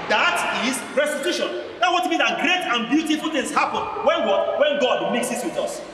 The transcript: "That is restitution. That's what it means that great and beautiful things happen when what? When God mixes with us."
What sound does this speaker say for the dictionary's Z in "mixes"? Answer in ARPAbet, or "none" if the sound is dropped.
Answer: S